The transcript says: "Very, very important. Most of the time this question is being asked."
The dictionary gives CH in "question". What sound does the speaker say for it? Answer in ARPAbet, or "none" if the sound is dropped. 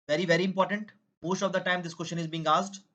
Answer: SH